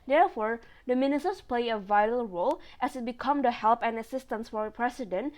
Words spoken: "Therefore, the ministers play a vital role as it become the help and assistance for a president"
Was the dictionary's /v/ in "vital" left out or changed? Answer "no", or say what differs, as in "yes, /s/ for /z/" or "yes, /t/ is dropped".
no